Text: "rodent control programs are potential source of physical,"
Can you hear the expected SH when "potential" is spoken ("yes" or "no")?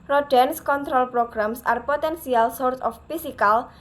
no